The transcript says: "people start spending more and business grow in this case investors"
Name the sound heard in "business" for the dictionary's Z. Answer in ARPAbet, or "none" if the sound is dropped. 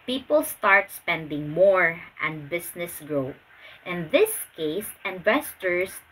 S